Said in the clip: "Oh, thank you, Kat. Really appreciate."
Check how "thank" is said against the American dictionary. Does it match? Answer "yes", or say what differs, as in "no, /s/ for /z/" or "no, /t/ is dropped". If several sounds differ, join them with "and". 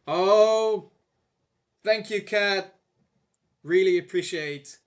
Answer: yes